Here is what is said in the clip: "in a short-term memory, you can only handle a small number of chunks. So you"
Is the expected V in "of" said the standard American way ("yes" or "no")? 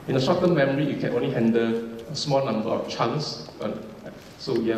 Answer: no